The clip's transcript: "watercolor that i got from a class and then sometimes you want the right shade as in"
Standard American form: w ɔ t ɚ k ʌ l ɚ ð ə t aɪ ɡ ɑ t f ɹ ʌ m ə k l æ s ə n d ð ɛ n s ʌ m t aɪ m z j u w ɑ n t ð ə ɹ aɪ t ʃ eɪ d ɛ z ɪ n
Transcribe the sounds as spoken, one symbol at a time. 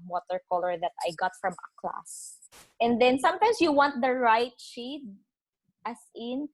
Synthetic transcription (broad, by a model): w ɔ t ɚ k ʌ l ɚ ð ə t aɪ ɡ ɑ t f ɹ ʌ m ə k l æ s ə n d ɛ n s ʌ m t aɪ m s j u w ɑ n t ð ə ɹ aɪ t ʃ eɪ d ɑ s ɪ n